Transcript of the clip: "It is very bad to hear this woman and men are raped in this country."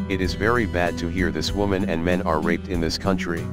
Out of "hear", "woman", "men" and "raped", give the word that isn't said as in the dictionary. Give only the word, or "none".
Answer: none